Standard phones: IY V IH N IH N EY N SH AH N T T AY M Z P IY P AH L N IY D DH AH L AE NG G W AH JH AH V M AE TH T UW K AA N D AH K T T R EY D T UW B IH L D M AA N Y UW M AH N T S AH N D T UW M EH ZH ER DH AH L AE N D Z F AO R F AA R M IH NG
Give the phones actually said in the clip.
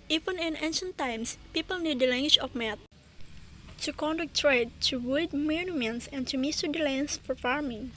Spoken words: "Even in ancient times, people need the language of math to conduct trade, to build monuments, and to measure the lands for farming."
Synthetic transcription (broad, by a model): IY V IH N IH N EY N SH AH N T T AY M S P IY P AH L N IY D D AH L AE NG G W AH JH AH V M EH T T UW K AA N D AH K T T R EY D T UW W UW D M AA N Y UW M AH N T S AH N T UW M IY S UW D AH L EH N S F AO R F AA R M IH NG